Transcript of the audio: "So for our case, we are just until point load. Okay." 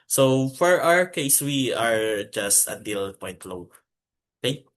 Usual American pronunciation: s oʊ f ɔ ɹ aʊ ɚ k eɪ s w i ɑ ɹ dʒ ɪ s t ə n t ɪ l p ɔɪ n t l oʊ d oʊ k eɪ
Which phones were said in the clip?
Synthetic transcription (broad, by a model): s oʊ f ɔ ɹ aʊ ɚ k eɪ s w i ɑ ɹ dʒ ɪ s t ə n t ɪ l p ɔɪ n t l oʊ oʊ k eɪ